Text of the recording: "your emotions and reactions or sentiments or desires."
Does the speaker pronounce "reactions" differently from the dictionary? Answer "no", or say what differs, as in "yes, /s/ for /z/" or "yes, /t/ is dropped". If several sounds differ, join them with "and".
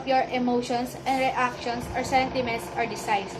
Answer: yes, /s/ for /z/